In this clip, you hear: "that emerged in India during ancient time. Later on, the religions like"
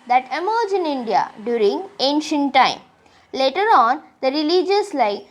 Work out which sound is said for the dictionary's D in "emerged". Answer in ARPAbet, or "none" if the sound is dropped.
none